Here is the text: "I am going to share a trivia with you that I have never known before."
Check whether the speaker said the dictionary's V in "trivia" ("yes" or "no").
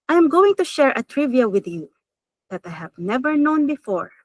yes